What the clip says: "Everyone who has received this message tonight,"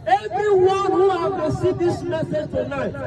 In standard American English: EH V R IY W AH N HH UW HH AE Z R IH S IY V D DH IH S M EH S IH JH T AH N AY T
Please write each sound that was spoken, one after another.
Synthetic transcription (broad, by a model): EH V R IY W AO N HH UW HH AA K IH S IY D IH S M EH S IH JH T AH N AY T